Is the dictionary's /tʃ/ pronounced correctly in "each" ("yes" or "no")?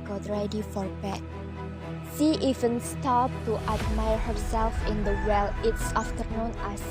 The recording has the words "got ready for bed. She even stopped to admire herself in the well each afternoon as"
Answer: no